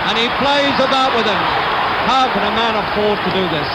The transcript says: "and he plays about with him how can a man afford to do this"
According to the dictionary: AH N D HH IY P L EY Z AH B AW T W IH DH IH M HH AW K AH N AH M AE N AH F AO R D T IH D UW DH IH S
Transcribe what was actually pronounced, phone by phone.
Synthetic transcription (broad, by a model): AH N IY P L EY Z AH B AW T W IH DH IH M HH AW K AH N AH M AE N AH F AO R D T IH D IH DH IH S